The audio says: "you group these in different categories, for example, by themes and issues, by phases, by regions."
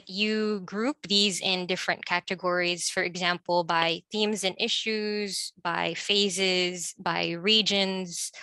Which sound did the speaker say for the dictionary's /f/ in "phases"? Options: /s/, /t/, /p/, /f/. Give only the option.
/f/